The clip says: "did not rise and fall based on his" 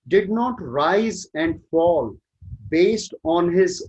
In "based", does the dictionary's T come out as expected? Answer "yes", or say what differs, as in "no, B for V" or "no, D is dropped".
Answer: yes